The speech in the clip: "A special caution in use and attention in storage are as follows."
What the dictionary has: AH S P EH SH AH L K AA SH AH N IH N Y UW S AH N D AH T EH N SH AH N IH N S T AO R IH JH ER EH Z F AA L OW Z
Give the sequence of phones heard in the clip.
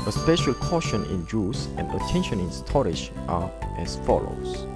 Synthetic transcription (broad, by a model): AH S P EH SH AH L K AA SH AH N IH N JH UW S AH N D AH T EH N SH AH N IH N S T AO R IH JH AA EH S F AA L OW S